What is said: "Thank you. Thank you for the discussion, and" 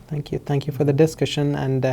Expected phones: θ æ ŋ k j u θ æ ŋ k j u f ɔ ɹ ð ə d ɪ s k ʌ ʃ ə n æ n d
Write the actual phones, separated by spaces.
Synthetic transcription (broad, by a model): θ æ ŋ k j u θ æ ŋ k j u f ɔ ɹ ð ə d ɪ s k ʌ ʃ ə n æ n d